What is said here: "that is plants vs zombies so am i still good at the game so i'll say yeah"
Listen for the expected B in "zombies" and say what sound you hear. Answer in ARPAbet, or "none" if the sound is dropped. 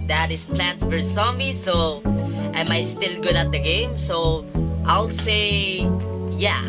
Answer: none